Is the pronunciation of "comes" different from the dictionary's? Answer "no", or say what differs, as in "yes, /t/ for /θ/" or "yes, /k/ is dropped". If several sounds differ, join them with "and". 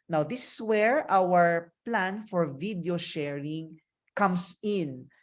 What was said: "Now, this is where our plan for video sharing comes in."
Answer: yes, /s/ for /z/